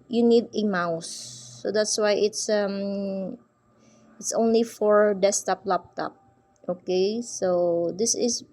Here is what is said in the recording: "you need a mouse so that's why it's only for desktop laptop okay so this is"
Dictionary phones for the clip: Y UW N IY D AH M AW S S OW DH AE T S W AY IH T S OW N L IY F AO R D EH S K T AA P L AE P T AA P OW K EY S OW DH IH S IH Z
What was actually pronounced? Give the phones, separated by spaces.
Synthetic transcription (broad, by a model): Y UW N IY D AH M AW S S OW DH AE T S W AY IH T S OW N L IY F AO R D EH S T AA P L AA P T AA P OW K EY S OW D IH S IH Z